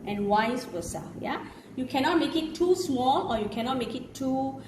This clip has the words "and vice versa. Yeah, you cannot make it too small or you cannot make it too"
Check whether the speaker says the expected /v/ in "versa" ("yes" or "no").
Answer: no